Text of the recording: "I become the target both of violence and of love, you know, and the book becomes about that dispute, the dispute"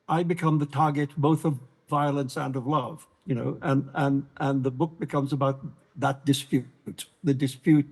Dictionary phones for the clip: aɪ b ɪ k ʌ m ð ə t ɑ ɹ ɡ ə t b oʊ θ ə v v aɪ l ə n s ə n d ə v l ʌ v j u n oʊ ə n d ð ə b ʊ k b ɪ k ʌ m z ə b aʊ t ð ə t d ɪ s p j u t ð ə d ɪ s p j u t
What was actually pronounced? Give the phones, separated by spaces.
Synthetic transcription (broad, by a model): aɪ b ɪ k ʌ m ð ə t ɑ ɹ ɡ ə t b oʊ θ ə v v aɪ l ə n s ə n ə v l ʌ v j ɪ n oʊ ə n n ð ə b ʊ k b ɪ k ʌ m z ə b aʊ t ð ə t d ɪ s p j u t ð ə d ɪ s p j u t